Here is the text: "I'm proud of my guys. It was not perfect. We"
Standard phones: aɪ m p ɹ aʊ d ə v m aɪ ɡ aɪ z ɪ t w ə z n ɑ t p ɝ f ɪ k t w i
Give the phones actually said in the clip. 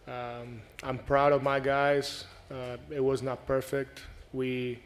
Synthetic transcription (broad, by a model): aɪ m p ɹ aʊ d ə v m aɪ ɡ aɪ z ɪ t w ə z n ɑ t p ɝ f ɪ k t w i